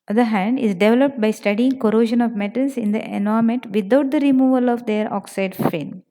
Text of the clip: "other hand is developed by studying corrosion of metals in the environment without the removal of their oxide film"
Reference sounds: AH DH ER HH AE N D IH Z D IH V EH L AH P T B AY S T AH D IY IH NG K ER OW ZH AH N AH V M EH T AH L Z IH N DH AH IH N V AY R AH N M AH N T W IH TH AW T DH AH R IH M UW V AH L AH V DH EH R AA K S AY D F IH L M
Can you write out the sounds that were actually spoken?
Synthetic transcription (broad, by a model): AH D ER HH AE N D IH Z D IH V EH L AH P T B AY S T AH D IY IH NG K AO OW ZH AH N AH V M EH T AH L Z IH N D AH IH N AY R M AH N T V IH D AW T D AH R IH M UW V AH L AH V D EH R AA K S AY D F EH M